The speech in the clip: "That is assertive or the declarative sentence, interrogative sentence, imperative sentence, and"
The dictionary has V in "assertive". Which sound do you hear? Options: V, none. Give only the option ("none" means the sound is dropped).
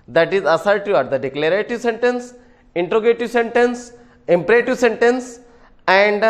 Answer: none